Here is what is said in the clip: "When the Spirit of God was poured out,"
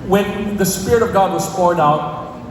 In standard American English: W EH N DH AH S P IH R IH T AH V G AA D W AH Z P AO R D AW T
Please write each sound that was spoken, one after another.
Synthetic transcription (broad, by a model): W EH N DH AH S P IH R IH T AH V G AA D W AH Z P AO R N AW T